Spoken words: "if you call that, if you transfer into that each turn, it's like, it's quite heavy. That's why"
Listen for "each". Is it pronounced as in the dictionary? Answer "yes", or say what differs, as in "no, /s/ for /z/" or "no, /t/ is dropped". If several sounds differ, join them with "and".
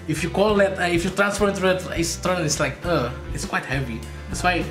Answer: no, /s/ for /tʃ/